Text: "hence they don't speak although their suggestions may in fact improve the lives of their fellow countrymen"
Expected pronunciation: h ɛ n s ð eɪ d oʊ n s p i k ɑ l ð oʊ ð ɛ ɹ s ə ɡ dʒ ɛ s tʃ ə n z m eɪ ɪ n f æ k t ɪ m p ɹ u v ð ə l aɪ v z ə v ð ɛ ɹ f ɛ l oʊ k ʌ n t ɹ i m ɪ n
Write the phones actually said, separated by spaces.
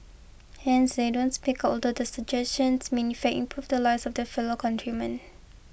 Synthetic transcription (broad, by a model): h ɛ n s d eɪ d oʊ n s p i k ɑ l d oʊ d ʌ s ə dʒ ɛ s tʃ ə n s m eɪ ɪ n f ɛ t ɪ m p ɹ u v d ə l aɪ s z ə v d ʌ f ɛ l oʊ k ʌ n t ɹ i m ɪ n